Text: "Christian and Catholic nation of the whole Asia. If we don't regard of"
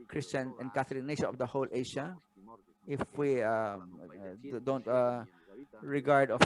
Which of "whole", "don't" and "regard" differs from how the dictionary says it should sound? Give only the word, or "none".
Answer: none